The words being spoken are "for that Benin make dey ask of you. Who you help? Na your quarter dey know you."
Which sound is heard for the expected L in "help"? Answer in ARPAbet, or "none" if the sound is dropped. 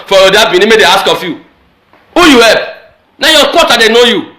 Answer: none